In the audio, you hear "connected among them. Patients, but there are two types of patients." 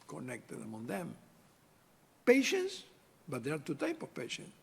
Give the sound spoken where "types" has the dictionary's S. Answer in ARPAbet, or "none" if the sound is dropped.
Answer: none